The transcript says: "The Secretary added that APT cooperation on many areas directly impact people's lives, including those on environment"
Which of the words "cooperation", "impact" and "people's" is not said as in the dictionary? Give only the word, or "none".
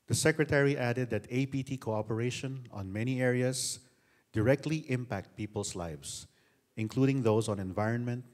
people's